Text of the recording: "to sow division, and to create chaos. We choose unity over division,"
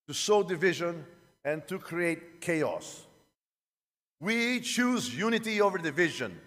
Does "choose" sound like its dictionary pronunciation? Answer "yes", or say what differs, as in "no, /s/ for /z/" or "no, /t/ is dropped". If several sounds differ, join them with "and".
yes